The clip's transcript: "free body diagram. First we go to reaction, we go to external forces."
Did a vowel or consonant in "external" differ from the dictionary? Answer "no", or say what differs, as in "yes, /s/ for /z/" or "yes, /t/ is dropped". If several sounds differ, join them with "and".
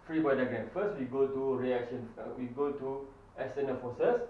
yes, /k/ is dropped